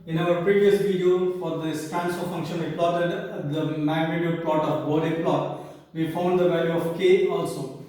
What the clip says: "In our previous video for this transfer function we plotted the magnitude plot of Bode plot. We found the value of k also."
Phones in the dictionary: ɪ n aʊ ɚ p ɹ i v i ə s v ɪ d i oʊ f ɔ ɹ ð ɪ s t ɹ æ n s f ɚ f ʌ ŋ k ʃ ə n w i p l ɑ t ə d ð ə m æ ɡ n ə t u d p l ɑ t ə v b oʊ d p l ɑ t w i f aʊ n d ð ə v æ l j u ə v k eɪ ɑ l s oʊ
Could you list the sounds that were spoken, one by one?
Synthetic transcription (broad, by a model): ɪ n aʊ ɚ p ɹ i v i ə s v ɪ d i oʊ f ɔ ɹ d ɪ s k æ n s ɚ f ʌ ŋ k ʃ ə n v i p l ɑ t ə d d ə m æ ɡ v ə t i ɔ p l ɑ t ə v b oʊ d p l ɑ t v i f aʊ n d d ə v æ l j u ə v k eɪ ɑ l s oʊ